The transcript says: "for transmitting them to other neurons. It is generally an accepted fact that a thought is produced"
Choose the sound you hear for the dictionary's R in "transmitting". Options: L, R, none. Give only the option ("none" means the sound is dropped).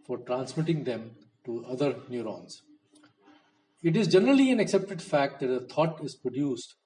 R